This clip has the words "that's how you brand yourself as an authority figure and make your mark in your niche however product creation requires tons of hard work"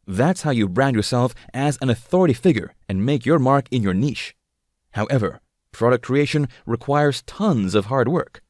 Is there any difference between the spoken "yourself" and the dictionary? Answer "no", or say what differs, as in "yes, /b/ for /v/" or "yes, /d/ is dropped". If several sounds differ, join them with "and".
no